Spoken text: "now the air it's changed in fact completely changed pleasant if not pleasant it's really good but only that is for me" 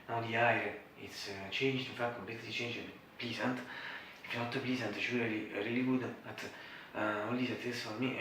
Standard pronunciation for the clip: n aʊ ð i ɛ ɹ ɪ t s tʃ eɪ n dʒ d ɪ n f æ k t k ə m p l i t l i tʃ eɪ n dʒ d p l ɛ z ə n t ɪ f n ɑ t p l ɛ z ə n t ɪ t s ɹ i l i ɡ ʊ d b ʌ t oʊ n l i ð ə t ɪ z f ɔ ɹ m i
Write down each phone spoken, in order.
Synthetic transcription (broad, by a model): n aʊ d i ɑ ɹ ɪ t s tʃ eɪ n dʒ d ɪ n f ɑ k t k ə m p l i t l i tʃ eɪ n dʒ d p l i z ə n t ɪ f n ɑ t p l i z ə n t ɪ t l ɹ i l i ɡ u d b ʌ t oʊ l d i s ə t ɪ s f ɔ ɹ m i